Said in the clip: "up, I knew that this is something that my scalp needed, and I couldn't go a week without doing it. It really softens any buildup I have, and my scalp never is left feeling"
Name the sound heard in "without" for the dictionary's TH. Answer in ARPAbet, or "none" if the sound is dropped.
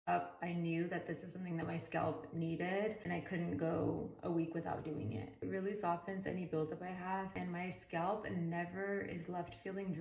TH